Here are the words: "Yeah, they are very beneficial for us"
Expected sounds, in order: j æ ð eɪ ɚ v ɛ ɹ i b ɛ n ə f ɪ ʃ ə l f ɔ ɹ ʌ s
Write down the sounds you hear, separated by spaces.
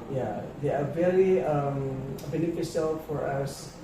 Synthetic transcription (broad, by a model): j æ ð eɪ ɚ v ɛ ɹ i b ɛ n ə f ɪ s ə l f ɔ ɹ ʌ s